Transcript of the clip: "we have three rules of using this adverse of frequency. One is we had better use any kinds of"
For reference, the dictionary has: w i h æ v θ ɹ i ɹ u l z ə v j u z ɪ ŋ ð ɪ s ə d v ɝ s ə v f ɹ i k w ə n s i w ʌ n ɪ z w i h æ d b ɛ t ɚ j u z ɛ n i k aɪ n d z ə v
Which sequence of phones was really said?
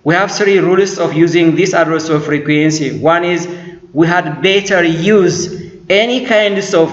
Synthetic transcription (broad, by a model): w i h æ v θ ɹ i ɹ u l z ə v j u z ɪ ŋ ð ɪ s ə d ɝ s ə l f ɹ i k w ə n s i w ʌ n ɪ z w i h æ d b ɛ t ɚ j u z ɛ n i k aɪ n d s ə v